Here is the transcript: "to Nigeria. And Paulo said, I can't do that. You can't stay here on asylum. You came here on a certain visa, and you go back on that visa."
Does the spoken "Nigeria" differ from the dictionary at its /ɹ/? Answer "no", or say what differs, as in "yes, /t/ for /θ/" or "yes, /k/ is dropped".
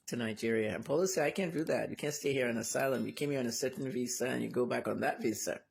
no